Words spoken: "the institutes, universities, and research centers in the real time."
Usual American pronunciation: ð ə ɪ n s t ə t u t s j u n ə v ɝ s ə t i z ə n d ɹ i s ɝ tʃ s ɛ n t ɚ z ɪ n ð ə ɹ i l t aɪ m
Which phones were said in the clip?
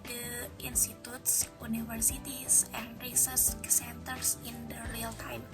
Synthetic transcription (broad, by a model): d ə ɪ n s t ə t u t s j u n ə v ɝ s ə t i s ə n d ɹ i s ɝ s s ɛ n t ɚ s ɪ n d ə ɹ i l t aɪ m